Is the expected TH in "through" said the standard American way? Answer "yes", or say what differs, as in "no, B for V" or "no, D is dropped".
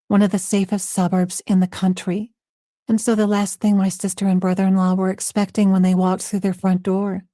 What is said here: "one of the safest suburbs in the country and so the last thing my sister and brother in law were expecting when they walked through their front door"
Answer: yes